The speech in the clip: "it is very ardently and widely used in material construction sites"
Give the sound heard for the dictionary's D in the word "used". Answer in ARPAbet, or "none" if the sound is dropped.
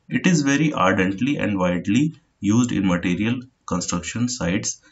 D